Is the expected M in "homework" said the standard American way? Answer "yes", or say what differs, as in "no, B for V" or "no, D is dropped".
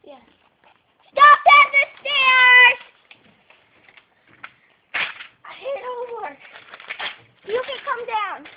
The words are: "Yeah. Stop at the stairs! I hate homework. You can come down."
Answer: no, M is dropped